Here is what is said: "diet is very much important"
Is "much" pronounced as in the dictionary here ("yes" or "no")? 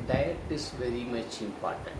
yes